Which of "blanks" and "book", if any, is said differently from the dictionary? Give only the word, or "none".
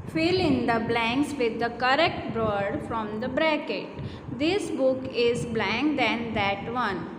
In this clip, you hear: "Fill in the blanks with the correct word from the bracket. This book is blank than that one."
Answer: none